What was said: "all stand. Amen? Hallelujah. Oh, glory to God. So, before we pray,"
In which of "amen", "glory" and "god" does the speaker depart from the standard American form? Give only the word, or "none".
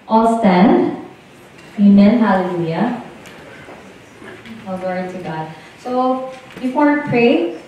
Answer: glory